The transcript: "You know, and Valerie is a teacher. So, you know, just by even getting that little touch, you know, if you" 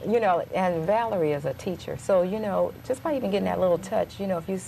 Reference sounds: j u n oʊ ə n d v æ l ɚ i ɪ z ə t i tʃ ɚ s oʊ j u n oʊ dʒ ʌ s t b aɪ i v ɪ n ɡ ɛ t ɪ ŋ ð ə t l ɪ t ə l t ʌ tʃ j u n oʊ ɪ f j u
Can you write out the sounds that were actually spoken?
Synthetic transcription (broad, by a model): j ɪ n oʊ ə n v æ l ɚ i ɪ z ə t i tʃ ɚ s oʊ j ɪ n oʊ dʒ ʌ s b aɪ i v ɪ n ɡ ɛ t ɪ ŋ ð ə t l ɪ t l t ʌ tʃ j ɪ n oʊ ɪ f j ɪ